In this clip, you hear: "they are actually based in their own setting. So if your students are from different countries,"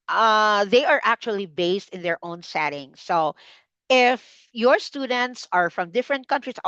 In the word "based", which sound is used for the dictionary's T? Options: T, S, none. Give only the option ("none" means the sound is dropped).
T